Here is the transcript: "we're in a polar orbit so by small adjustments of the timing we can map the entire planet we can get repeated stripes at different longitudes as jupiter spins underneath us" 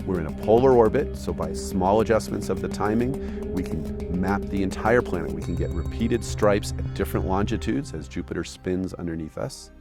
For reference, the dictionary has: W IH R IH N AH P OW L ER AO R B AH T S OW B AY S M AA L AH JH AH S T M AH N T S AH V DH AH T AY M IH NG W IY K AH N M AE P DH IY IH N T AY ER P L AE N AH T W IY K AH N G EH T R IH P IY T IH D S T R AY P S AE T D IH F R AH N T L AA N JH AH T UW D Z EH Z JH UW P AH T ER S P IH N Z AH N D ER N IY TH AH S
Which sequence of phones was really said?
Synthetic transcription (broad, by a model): W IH R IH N AH P OW L ER AO R B AH T S OW B AY S M AA L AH JH AH S M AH N T S AH V DH AH T AY M IH NG W IY K AH N M AE P DH IY IH N T AY ER P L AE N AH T W IY K N G EH T R IH P IY T IH D S T R AY P S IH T D IH F R AH N T L AA N JH AH T UW D Z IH Z JH UW P AH T ER S P IH N Z AH N D ER N IY TH AH S